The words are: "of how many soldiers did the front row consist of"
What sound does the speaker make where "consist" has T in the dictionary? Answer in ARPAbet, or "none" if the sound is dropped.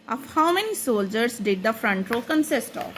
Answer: T